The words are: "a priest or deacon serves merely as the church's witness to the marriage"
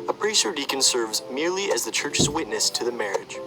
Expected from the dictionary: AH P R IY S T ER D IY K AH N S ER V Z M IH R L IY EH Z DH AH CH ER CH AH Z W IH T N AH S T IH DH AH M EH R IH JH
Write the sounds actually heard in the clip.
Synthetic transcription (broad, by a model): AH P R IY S ER D IY K AH N S ER V Z M IH R L IY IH Z DH AH CH ER CH AH Z W IH T N AH S T IH DH AH M EH R IH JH